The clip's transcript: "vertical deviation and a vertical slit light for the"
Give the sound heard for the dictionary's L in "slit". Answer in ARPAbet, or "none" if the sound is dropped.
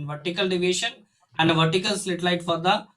L